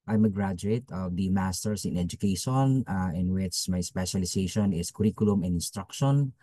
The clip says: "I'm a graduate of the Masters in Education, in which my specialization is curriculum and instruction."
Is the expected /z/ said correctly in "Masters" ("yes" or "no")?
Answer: no